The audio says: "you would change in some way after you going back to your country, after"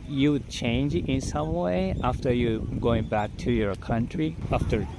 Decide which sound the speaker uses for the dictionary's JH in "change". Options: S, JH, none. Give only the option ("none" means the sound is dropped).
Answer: JH